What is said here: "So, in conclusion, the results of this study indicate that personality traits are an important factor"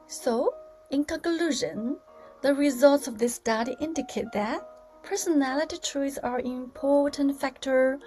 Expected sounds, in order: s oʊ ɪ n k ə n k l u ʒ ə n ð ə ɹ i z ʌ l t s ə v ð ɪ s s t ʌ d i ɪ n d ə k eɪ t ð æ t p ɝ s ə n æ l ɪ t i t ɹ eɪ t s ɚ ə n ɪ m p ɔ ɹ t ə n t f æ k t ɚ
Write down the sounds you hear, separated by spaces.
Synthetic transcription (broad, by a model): s oʊ ɪ n k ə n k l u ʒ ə n ð ə ɹ i z ʌ l t s ə v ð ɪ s s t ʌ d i ɪ n d ə k eɪ t ð æ t p ɝ s ə n æ l ɪ t i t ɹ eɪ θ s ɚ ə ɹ ɪ m p ɔ ɹ t ə n t f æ k t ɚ